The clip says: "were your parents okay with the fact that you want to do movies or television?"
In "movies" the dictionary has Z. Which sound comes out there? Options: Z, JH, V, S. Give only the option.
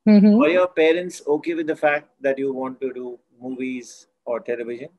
Z